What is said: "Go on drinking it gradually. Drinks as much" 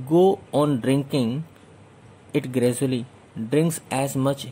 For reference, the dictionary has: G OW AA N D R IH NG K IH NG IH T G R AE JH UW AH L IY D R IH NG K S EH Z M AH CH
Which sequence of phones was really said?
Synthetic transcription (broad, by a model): G OW AA N D R IH NG K IH NG IH T G R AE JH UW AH L IY D R IH NG K S EH Z M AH CH